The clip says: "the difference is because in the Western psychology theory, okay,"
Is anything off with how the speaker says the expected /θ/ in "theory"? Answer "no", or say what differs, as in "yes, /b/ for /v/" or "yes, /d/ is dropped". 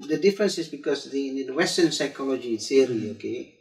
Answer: yes, /s/ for /θ/